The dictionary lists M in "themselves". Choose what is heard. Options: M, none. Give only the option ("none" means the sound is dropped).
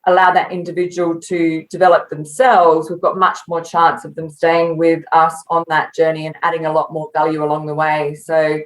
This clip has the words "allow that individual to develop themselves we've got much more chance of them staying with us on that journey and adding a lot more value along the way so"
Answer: M